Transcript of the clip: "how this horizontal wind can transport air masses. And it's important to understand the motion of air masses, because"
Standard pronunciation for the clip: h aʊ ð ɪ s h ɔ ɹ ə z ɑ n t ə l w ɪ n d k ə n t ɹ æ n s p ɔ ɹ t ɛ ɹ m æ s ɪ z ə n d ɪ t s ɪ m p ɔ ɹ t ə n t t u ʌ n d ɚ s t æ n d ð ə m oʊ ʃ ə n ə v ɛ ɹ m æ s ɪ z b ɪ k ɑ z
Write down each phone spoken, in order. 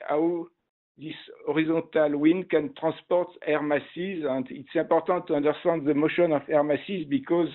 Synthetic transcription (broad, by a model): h aʊ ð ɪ s ɔ ɹ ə z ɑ t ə l w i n k ə n t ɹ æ s p ɔ ɹ t ɛ ɹ m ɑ s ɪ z ə n d ɪ t s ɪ p ɔ ɹ t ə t t u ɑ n d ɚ s t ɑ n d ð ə m oʊ ʃ ə n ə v ɛ ɹ m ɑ s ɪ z b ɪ k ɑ z